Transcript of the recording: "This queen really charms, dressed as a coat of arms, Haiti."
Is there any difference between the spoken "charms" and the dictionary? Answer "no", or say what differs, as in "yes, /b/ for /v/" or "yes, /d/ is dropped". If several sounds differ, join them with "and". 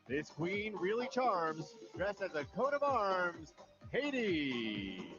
no